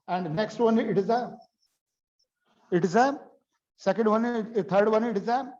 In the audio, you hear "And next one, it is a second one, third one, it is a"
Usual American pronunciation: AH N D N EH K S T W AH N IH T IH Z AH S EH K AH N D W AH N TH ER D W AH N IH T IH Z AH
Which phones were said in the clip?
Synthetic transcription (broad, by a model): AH N D N EH K S T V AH N IH T IH Z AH S EH K AH N D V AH N T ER D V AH N IH T IH Z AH